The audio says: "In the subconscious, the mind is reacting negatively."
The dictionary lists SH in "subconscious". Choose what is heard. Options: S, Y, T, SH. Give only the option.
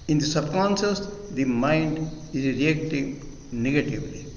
S